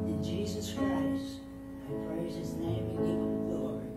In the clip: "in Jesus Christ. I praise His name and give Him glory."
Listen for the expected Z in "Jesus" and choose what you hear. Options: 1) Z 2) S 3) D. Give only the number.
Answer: 1